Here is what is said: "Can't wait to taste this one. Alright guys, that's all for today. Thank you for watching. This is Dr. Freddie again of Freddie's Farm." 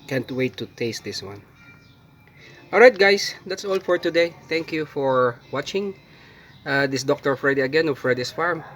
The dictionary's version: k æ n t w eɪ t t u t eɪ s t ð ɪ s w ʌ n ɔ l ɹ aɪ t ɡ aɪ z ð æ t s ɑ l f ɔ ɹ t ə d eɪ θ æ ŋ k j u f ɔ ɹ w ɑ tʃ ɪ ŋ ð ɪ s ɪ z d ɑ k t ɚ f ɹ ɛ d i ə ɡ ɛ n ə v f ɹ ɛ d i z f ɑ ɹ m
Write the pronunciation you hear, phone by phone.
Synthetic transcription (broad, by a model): k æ n t w eɪ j t u t eɪ s t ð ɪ s w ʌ n ɔ l ɹ aɪ t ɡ aɪ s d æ t s ɑ l f ɔ ɹ t ə d eɪ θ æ ŋ k j u f ɔ ɹ w ɑ tʃ ɪ ŋ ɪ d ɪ s d ɑ k t ɚ f ɹ ɛ d i ə ɡ ɛ n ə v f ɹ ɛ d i s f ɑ ɹ m